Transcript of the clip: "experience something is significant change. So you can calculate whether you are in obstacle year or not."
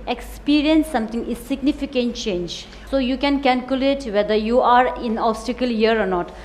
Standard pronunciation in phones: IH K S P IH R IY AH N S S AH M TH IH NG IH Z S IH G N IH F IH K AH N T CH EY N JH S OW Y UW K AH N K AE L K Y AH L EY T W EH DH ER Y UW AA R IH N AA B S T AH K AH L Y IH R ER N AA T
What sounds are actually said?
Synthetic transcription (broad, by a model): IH K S P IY R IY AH N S S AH M T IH NG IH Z S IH G N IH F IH K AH N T CH EY N JH S OW Y UW K AH N K AE L K Y AH L EY T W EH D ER Y UW AA R IH N AA B S T AH K AH L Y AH R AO N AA T